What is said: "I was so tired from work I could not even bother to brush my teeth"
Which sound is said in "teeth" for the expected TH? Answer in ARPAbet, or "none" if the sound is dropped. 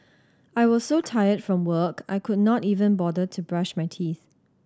TH